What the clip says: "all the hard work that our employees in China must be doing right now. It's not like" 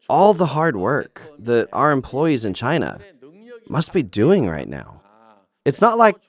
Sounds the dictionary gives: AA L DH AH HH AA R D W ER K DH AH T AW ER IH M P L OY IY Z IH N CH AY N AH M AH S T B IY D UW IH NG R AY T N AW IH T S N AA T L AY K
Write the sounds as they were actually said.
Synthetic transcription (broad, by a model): AA L DH AH HH AA R D W ER K DH AH T AW ER IH M P L OY IY Z IH N CH AY N AH M AH S T B IY D UW IH NG R AY T N AW IH T S N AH T L AY K